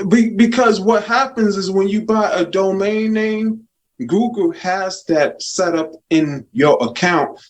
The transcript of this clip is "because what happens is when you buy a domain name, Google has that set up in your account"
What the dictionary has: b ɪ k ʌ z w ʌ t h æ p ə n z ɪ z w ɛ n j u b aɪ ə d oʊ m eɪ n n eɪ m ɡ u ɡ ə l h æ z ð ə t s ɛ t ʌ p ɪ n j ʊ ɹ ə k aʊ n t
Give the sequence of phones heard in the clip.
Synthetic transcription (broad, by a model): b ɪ k ʌ z w ʌ t h æ p ə n z ɪ z w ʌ n j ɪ b aɪ ə d oʊ m eɪ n n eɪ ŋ ɡ u ɡ l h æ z ð ə t s ɛ t ʌ p ɪ n j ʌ ɹ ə k aʊ n t